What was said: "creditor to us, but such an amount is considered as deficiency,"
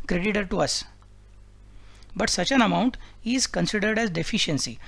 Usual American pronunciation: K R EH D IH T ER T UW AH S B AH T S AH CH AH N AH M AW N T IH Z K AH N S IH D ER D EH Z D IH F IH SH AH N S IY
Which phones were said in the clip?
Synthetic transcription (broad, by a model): K R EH D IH T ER T UW AH S B AH T S AH CH AH N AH M AW N T IH Z K AH N S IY D ER D EH Z D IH F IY SH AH N S IY